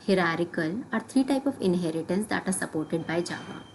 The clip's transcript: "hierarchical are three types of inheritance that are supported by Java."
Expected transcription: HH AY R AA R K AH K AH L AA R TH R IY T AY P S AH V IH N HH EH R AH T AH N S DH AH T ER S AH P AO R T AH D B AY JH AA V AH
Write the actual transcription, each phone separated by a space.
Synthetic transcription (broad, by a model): HH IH R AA R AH K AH L AA R T R IY T AY P AH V IH N HH EH R AH T AH N S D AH T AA S AH P AO R T AH D B AY JH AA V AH